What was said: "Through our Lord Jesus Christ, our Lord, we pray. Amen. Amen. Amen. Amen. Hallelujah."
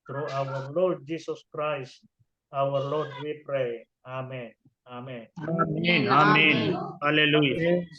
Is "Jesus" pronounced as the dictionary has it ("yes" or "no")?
no